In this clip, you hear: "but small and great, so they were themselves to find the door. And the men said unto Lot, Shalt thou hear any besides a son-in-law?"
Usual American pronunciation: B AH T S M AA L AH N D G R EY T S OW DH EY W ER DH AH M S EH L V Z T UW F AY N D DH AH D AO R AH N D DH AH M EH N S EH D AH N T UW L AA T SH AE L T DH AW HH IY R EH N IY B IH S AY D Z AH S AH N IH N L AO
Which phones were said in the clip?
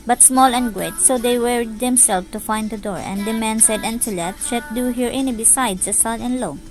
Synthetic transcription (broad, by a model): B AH T S M AA L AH N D G R EY T S OW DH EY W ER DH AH M S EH L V T UW F AY N D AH D AO R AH N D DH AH M EH N S EH D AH N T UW L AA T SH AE T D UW HH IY R EH N IY B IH S AY D S AH S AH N IH N L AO